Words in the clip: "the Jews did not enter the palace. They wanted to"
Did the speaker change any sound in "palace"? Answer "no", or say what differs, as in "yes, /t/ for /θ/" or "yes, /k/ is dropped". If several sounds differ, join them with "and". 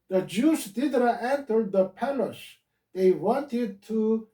yes, /ʃ/ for /s/